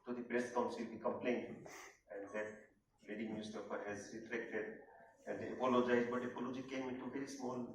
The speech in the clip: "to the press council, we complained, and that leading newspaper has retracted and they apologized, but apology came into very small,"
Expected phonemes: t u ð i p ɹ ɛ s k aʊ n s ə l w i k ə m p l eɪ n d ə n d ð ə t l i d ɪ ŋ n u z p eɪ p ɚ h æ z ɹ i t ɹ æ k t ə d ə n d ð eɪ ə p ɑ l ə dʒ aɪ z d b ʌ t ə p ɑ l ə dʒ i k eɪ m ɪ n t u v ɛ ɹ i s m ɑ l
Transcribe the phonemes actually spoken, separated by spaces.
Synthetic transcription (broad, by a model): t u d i b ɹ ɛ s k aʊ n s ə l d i k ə m p l eɪ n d ə n d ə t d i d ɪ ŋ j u s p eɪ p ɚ h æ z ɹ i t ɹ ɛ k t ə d ə n d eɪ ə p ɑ l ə dʒ aɪ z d b ʌ t ə p ɑ l ə dʒ i k eɪ m ɪ n t u v ɛ ɹ i s m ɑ l